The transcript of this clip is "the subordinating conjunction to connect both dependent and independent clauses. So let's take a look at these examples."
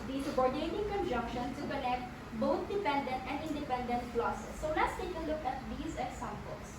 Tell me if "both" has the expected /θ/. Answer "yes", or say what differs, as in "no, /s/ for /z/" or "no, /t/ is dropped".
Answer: no, /t/ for /θ/